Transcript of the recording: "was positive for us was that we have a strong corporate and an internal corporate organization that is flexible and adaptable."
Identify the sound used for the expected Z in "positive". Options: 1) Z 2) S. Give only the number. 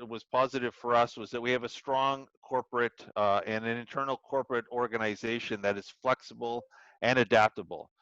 1